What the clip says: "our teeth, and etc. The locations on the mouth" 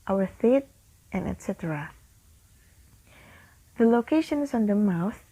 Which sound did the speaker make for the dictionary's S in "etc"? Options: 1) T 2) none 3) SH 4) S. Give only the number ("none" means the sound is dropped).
4